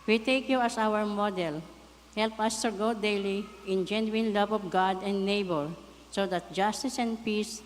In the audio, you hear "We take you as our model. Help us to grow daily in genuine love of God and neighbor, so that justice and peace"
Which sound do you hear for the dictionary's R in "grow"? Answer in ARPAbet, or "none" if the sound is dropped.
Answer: none